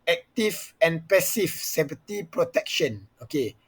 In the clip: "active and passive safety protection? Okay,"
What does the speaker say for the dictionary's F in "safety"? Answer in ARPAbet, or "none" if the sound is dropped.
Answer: P